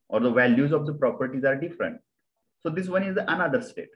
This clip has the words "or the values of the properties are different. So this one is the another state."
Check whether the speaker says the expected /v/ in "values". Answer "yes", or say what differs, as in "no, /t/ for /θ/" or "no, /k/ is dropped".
yes